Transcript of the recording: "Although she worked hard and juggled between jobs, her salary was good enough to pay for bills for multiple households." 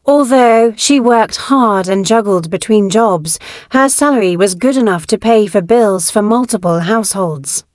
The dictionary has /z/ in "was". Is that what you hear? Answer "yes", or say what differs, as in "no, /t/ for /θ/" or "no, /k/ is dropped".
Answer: yes